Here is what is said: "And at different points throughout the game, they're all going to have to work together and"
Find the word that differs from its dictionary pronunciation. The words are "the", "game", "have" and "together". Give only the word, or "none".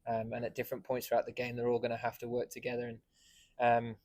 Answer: have